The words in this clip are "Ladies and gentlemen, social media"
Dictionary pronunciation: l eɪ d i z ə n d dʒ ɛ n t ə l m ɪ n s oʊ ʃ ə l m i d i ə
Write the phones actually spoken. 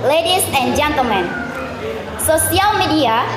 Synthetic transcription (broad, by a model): l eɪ d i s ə n dʒ ɛ n t ə l m ɪ n s oʊ s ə l m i d i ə